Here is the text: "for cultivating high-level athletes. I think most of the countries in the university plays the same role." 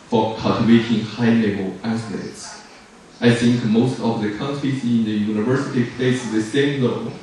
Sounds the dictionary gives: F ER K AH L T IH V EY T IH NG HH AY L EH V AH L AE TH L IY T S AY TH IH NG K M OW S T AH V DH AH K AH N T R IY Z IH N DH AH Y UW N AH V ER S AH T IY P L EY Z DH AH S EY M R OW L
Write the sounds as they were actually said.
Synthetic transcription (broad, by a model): F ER K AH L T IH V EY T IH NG HH AY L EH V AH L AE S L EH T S AY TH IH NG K M OW S T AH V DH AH K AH N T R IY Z IH N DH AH Y UW N AH V ER S AH T IY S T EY S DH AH S EY M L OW